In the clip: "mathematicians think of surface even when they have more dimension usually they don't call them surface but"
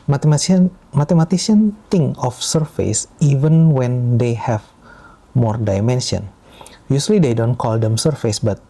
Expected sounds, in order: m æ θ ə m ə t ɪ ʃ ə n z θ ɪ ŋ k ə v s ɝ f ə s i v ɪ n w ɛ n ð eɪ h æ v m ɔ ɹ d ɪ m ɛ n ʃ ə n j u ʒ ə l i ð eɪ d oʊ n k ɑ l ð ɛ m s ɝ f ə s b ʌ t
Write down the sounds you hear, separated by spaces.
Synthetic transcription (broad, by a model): m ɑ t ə m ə t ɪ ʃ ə n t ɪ ŋ ə f s ɝ f ə s i v ɪ n w ɛ n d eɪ h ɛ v m ɔ ɹ d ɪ m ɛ n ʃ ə n j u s l i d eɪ d oʊ n k ɑ l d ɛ m s ɝ f ə s b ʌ t